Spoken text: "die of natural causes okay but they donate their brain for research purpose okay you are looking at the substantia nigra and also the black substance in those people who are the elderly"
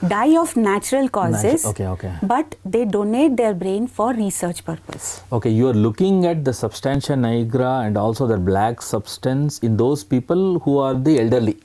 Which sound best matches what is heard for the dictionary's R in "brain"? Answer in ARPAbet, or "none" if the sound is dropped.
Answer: R